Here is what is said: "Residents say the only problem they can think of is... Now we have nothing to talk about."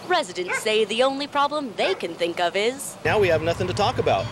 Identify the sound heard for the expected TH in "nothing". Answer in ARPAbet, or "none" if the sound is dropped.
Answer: TH